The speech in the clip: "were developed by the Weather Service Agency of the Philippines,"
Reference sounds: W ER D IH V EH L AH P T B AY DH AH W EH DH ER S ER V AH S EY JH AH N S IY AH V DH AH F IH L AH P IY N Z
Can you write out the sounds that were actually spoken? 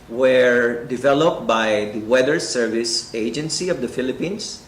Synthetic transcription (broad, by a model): W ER D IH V EH L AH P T B AY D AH W EH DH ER S ER V AH S EY JH AH N S IY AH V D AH F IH L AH P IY N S